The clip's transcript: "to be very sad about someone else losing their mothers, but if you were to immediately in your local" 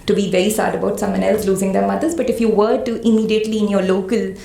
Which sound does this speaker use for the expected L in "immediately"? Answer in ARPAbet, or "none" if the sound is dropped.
L